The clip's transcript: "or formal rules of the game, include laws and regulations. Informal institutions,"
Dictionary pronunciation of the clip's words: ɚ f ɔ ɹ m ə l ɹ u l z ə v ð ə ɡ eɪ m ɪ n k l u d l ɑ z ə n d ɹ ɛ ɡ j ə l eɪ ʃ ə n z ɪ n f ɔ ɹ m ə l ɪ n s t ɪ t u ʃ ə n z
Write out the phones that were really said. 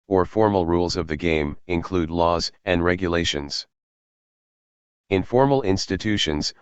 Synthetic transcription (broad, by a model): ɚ f ɔ ɹ m l ɹ u l z ə v ð ə ɡ eɪ m ɪ n k l u d l ɑ z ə n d ɹ ɛ ɡ j ə l eɪ ʃ ə n z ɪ n f ɔ ɹ m l ɪ n s t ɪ t u ʃ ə n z